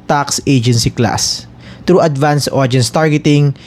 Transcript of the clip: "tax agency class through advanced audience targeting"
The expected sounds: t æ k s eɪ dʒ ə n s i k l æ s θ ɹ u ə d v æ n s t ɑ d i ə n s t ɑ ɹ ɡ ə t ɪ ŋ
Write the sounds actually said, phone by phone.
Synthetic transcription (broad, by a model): t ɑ k s eɪ dʒ ə n s i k l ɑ s t ɹ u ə d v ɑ n s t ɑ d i n s t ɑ ɹ ɡ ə t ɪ ŋ